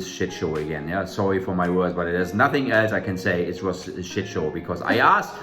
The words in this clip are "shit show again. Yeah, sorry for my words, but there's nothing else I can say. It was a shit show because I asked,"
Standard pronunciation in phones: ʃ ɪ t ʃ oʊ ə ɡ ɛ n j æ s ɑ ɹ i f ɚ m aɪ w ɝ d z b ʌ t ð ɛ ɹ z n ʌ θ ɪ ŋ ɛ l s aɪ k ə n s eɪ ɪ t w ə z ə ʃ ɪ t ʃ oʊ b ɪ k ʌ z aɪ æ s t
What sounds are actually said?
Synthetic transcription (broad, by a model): ʃ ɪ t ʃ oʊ ə ɡ ɛ n j æ s ɑ ɹ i f ɚ m aɪ w ɝ d z b ʌ t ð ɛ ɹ z n ʌ θ ɪ ŋ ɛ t aɪ k ə n s eɪ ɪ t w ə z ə ʃ ɪ t ʃ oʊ b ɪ k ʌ z aɪ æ s